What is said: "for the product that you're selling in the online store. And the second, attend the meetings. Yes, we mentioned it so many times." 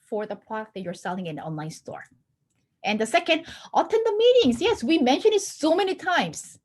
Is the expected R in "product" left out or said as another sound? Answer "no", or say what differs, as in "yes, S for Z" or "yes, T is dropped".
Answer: yes, L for R